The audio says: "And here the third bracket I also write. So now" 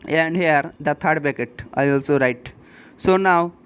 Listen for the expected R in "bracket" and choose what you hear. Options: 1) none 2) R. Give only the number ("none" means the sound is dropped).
1